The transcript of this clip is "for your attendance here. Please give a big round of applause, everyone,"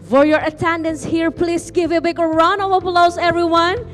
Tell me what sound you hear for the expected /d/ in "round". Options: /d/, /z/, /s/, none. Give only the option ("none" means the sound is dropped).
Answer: none